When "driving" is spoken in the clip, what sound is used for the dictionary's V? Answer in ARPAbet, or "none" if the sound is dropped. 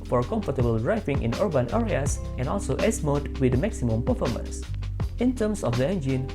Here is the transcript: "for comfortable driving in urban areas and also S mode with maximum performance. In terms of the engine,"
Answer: F